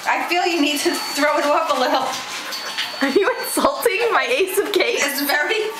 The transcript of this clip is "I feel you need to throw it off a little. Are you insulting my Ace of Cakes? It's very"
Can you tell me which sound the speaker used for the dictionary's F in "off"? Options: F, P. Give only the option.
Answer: P